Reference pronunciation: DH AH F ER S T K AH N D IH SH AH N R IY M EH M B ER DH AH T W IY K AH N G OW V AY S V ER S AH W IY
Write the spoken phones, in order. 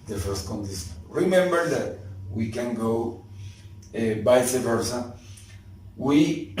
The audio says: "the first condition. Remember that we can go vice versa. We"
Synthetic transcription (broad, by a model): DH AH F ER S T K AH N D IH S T R IY M EH M B ER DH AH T W IY K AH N G OW B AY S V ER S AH W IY